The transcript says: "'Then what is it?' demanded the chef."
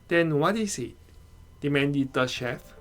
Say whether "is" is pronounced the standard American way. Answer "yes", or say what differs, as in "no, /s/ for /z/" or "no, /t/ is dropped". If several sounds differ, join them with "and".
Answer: no, /s/ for /z/